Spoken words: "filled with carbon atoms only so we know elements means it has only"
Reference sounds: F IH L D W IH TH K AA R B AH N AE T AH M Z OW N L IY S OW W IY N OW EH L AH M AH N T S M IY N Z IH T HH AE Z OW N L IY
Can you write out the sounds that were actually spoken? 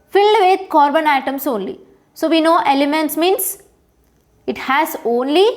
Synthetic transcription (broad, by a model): F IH L D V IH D K AA R B AH N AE T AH M S OW N L IY S OW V IY N OW EH L AH M AH N T S M IY N S IH T HH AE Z OW N L IY